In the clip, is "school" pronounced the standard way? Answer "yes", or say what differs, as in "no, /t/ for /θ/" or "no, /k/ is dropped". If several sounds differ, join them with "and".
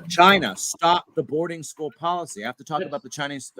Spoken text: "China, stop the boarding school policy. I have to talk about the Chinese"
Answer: yes